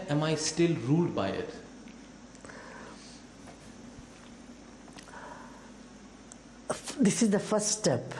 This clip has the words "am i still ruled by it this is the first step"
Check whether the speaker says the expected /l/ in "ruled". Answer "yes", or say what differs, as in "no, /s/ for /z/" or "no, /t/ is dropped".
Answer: yes